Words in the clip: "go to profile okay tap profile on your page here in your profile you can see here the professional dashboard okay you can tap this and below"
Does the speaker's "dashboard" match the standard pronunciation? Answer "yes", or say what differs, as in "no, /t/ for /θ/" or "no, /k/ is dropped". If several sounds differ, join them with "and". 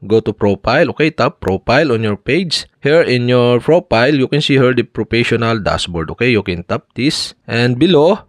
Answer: no, /s/ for /ʃ/